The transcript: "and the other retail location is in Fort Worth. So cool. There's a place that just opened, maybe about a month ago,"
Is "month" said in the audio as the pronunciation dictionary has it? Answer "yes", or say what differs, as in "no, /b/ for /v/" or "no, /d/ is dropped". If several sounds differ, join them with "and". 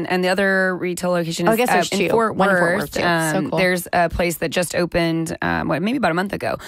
yes